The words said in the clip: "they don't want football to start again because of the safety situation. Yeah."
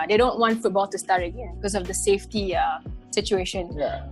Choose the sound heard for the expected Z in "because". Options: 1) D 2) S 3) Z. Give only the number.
2